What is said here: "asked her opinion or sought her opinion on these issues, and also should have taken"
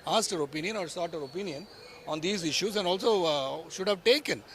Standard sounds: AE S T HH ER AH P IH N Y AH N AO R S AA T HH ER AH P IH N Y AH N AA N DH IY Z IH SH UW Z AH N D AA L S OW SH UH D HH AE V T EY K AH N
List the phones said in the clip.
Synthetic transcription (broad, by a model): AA S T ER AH P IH N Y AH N AO R S AA T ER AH P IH N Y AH N AA N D IY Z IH SH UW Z AH N D AA L S OW SH UH D HH AE V T EY K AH N